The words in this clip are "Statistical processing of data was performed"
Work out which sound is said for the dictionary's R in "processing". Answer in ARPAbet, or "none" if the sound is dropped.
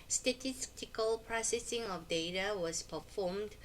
R